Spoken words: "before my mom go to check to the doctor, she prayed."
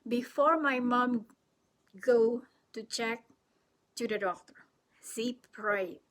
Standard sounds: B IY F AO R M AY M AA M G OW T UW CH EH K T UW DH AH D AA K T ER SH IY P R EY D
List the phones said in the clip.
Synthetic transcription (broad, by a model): B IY F AO R M AY M AA M G OW T UW CH EH K T UW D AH D AA K T ER S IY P R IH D